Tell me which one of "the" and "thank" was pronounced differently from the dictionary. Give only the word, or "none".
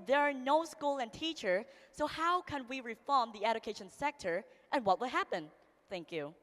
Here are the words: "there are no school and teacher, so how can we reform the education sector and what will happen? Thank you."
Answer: none